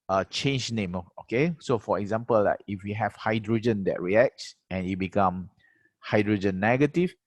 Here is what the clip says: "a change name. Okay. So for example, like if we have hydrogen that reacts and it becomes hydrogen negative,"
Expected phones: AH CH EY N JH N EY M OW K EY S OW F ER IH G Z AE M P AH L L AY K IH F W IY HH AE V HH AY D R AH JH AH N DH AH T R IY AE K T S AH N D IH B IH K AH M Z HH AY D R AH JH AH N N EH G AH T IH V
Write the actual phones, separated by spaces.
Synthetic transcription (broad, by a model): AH CH EY N JH N EY M OW K EY S OW F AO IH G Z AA M P AH L L AY K IH F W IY HH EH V HH AY D R AH JH AH N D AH T R IY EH K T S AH N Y IH B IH K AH M HH AY D R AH JH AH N N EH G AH T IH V